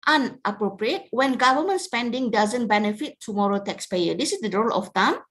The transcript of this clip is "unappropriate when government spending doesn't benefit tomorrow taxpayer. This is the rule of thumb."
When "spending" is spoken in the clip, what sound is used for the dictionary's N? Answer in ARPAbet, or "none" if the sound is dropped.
N